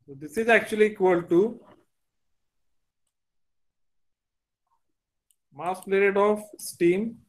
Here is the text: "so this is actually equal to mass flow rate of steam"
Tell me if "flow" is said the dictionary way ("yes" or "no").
no